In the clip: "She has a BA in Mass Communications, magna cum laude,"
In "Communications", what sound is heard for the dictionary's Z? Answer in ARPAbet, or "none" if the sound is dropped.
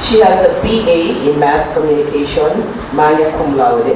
none